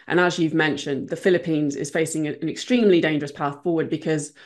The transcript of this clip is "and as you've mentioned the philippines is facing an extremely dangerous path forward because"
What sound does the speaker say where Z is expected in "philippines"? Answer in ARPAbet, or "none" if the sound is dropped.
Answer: Z